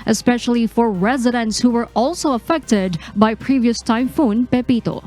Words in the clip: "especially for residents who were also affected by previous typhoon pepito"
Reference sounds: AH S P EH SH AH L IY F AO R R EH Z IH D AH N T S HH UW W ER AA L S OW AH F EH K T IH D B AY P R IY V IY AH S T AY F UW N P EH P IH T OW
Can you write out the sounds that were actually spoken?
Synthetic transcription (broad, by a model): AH S P EH SH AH L IY F AO R R EH Z IH D AH N T S HH UW W ER AA L S OW AH F EH K T IH D B AY P R IY V IY AH S T AY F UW N P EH P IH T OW